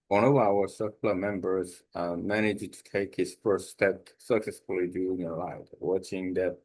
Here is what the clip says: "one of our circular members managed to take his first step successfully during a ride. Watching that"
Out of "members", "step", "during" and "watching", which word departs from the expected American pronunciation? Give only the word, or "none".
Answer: during